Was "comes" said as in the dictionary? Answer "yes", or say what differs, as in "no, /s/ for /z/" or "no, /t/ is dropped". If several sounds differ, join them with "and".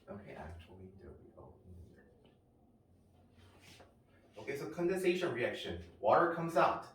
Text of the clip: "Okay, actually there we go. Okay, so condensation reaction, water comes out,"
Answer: yes